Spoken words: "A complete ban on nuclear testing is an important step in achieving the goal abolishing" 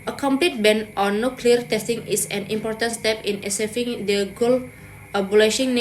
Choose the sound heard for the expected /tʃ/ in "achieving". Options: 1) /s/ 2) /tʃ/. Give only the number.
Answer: 1